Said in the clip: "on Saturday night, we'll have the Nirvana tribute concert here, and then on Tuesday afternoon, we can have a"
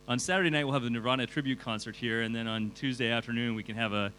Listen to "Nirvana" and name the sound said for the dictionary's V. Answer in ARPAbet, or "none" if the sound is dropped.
none